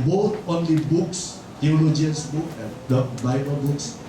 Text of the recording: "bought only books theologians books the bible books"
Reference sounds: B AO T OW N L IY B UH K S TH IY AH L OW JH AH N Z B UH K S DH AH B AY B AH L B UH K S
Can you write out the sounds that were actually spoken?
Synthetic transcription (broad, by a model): B AO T OW N L IY B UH K S T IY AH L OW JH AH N S B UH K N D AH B AY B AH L B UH K S